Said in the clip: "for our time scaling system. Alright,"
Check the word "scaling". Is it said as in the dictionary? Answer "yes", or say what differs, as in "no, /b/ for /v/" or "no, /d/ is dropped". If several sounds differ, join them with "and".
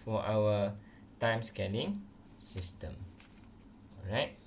no, /n/ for /l/